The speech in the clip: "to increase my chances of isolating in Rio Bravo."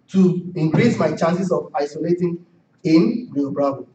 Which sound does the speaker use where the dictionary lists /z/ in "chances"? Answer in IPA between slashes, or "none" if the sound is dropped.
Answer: /s/